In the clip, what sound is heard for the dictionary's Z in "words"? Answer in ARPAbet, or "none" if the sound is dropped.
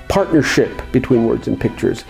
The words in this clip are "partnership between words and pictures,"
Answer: Z